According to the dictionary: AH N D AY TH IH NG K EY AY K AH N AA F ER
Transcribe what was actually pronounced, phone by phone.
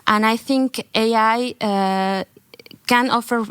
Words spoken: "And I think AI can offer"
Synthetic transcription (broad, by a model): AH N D AY TH IH NG K EY AY K AH N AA F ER